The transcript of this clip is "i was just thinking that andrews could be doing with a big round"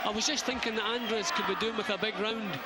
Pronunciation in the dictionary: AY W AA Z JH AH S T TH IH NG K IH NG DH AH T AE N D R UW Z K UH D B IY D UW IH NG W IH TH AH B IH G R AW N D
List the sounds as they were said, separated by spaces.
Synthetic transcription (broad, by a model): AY W AA Z JH AH S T TH IH NG K IH NG DH AH T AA N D R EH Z K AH D B IY D UW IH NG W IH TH AH B IH G R AW N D